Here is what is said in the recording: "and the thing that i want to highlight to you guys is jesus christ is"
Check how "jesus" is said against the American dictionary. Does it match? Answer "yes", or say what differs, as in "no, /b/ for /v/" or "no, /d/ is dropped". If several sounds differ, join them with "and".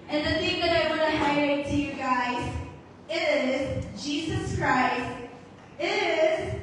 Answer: yes